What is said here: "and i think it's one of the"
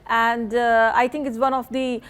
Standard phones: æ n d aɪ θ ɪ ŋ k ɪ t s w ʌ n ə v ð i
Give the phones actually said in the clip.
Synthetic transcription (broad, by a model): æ n d aɪ t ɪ ŋ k ɪ t s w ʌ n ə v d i